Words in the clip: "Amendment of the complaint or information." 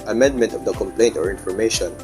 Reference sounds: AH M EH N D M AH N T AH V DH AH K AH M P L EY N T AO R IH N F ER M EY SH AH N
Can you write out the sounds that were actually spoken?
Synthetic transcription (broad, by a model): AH M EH N D M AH N T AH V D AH K AH M P L EY N T AO R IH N F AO M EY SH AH N